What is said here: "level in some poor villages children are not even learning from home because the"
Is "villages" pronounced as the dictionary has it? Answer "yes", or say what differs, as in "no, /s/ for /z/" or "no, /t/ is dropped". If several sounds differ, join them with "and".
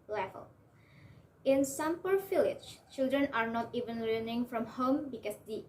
no, /f/ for /v/